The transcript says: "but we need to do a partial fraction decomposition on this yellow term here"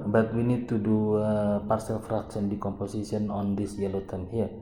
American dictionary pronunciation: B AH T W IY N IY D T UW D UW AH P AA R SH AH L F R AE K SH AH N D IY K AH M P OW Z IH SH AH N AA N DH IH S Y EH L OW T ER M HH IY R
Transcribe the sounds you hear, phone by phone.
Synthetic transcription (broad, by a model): B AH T W IY N IY D T UW D UW AH P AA R S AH L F R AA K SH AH N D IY K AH M P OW S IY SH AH N AA N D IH S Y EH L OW T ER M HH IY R